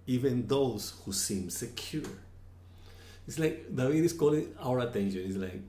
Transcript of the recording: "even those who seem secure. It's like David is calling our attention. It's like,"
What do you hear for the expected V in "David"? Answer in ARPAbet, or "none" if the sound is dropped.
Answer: W